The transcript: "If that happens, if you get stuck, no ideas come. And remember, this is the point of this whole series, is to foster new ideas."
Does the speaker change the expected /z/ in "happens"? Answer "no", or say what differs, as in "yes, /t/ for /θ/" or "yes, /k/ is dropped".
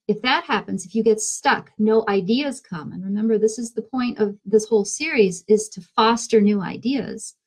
no